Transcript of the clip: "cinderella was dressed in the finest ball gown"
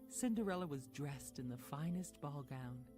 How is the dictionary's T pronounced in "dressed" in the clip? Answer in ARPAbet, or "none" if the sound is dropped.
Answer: T